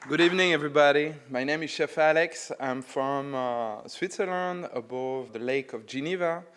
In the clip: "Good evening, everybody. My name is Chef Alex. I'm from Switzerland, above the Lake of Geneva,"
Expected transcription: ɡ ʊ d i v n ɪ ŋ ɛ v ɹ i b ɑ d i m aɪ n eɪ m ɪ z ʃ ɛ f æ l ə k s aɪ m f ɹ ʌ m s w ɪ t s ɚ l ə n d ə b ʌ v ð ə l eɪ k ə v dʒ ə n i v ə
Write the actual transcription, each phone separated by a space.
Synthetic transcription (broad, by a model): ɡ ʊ d i v n ɪ ŋ ɛ v ɹ i b ɑ d i m aɪ n eɪ m ɪ z ʃ ɛ f æ l ə k s aɪ m f ɹ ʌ m s w ɪ t s ɚ l ə n d ə b ʌ v ð ə l eɪ k ə v dʒ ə n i v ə